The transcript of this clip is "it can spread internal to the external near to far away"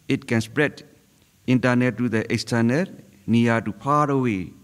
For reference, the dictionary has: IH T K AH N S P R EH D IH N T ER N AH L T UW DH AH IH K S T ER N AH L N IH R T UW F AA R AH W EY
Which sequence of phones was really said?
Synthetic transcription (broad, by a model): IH T K AH N S P R EH D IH N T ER N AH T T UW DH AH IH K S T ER N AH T N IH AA T UW P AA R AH W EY